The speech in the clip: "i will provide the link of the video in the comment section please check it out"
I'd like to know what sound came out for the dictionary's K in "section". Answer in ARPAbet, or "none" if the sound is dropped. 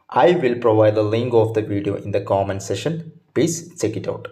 none